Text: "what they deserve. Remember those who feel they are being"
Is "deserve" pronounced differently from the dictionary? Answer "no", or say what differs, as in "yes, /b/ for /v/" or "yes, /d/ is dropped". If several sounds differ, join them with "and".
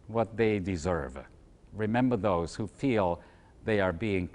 no